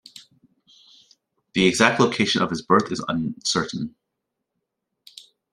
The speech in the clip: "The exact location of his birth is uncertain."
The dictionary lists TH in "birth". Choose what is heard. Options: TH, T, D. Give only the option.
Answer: TH